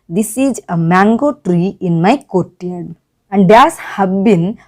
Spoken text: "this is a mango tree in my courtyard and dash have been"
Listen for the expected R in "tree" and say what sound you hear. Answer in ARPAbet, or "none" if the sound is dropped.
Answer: R